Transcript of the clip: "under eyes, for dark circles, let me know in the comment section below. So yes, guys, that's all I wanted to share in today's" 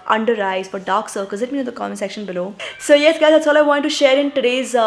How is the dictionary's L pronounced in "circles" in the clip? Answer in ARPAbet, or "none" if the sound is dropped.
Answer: none